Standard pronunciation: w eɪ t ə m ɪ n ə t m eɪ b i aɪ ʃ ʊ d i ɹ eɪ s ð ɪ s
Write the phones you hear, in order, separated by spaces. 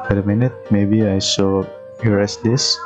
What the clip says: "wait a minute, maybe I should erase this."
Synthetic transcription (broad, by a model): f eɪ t ə m ɪ n ə t m eɪ b i aɪ s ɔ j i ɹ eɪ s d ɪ s